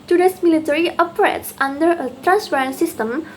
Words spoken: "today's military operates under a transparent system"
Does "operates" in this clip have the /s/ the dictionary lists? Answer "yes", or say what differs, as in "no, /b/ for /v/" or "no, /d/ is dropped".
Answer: yes